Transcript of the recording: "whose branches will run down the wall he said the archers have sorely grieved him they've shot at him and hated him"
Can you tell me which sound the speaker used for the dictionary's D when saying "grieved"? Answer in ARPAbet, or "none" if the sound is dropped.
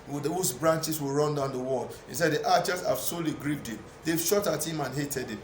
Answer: D